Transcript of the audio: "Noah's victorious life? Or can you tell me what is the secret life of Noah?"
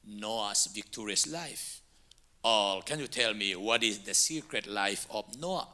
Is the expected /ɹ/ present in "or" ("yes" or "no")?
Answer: no